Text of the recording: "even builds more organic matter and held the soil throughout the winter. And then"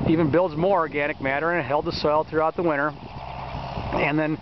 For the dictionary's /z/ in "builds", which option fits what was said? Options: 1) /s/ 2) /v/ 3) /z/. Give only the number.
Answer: 3